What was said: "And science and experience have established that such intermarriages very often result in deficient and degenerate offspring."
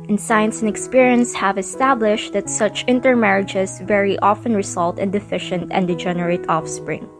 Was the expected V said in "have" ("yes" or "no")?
yes